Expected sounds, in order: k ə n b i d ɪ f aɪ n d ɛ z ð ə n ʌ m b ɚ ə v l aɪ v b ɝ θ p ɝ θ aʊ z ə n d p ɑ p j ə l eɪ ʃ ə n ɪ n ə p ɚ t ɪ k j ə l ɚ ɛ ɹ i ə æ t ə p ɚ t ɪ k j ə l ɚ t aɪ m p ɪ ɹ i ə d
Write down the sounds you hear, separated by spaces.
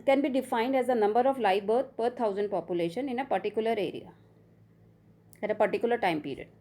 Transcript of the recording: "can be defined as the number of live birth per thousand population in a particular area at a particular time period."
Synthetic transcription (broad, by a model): k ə n b i d ɪ f aɪ n d ɛ z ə n ʌ m b ɚ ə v l aɪ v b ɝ t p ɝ t aʊ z ə n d p ɑ p j ə l eɪ ʃ ə n ɪ n ə p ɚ t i k j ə l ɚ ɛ ɹ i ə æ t ə p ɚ t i k j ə l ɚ t aɪ m p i ɹ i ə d